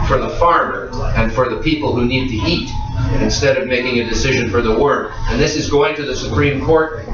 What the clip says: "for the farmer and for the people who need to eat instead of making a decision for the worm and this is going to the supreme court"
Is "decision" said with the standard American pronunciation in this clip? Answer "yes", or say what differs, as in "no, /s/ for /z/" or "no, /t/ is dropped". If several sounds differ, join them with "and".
yes